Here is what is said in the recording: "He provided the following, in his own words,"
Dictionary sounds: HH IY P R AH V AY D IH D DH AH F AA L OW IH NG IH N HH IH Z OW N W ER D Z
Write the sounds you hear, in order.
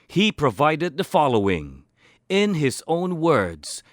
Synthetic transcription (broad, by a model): HH IY P R AH V AY D IH D DH AH F AA L OW IH NG IH N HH IH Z OW N W ER D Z